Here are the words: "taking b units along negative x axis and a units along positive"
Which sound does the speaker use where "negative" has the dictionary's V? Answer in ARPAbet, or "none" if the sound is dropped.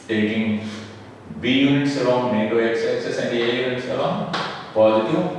none